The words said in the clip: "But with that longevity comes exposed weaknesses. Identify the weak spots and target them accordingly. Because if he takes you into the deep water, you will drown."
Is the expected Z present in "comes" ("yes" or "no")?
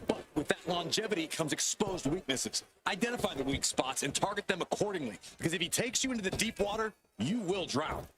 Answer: yes